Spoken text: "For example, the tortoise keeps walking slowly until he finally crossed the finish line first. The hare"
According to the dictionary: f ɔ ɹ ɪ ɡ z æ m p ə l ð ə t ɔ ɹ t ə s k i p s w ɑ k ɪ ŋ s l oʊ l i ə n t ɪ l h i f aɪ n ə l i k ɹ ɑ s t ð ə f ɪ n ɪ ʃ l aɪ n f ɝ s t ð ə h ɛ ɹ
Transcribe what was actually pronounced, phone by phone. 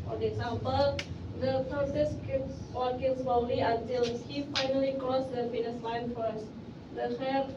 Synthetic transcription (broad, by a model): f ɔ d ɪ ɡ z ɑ m p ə l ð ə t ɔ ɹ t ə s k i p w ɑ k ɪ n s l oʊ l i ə n t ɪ l h i f aɪ n ə l i k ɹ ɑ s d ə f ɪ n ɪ s l aɪ n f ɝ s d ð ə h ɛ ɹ